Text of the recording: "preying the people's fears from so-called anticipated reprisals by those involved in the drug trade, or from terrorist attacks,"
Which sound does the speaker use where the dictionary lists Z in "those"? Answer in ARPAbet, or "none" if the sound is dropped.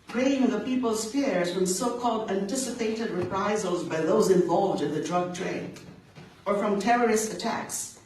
Z